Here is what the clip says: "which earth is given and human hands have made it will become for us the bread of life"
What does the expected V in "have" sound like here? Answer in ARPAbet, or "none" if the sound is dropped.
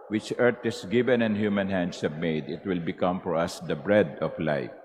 B